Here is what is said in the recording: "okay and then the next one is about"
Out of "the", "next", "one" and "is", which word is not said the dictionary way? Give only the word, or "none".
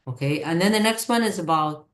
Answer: none